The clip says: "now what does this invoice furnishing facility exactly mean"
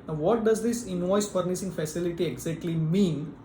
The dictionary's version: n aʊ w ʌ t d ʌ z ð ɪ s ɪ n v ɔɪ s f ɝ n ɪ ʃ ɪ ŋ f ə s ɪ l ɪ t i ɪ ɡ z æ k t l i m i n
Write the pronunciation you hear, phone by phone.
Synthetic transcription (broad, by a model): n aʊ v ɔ t d ʌ z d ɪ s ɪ n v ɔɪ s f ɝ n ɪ s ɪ ŋ f ə s ɪ l ɪ t i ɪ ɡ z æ k t l i m i n